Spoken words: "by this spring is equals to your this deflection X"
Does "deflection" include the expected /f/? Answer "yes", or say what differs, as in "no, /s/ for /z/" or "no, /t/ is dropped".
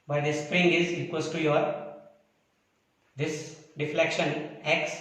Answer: yes